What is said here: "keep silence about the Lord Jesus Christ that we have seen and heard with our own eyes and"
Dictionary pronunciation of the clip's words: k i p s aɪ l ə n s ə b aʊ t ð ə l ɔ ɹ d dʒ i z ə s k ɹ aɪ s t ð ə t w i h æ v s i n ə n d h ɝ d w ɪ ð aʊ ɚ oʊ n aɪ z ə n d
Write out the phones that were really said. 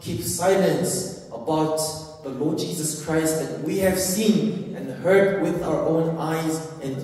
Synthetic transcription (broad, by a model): k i p s aɪ l ə n s ə b aʊ t ð ə l ɔ ɹ d dʒ i z ə s k ɹ aɪ s t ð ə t w i h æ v s i n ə n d h ɝ d w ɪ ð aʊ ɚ oʊ n aɪ z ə n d